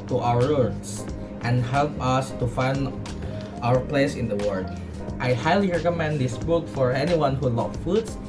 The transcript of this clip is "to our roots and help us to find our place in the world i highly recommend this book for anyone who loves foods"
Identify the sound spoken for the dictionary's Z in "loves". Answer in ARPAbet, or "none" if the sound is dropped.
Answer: none